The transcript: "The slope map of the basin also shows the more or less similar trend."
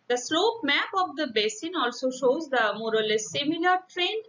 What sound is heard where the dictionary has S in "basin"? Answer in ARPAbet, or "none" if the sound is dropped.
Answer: S